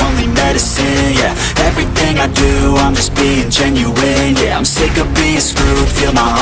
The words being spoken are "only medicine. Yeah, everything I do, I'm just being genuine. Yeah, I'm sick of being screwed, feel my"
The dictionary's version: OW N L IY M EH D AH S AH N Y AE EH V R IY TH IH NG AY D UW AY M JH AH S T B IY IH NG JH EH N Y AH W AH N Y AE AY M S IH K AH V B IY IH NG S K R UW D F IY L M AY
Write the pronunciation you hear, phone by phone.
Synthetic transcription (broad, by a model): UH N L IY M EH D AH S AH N Y AE EH V R IY TH IH NG AY D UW AY M JH AH S B IY IH NG JH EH N Y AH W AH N Y AE AY M S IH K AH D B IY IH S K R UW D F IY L M AY